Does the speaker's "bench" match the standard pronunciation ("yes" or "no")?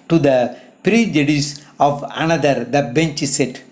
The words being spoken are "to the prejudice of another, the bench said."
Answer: yes